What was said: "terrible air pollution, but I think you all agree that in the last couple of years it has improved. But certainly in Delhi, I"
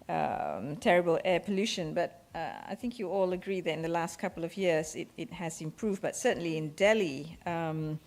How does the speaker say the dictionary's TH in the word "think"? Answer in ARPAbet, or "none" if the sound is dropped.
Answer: TH